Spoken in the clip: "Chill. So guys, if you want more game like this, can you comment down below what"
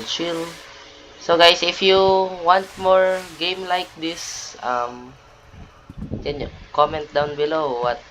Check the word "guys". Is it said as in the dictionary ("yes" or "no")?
no